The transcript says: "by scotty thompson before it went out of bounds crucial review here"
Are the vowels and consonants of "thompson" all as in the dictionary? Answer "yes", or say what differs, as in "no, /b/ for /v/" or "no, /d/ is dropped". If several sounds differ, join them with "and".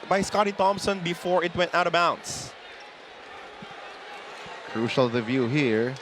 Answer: yes